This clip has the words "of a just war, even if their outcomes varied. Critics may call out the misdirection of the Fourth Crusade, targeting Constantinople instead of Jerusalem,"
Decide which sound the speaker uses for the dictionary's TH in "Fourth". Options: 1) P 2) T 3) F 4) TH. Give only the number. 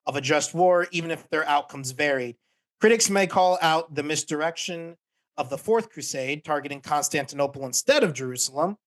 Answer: 4